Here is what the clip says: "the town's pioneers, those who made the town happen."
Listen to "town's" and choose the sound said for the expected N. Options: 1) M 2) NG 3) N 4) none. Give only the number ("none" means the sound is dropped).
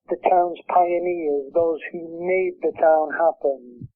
3